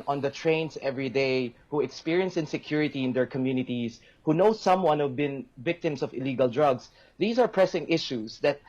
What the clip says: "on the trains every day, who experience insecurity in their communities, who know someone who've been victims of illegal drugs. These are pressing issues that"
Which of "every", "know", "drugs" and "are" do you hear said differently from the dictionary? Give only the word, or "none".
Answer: drugs